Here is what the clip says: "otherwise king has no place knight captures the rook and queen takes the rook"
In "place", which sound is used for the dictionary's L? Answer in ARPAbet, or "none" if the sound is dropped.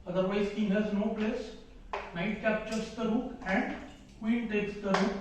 L